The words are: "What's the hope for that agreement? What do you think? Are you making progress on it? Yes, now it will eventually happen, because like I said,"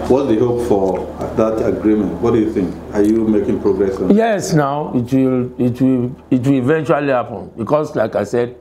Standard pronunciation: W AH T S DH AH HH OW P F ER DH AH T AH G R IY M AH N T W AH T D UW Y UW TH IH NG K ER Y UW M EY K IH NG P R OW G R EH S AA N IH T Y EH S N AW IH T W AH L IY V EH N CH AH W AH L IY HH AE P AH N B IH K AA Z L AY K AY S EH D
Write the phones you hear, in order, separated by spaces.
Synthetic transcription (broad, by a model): W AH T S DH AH HH OW P F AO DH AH T AH G R IY M AH N T W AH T D UW Y UW TH IH NG K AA Y UW M EY K IH NG P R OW G R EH S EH N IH T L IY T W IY IH T W AH L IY V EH N CH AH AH L IY HH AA P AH N B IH K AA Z L AY K AY S EH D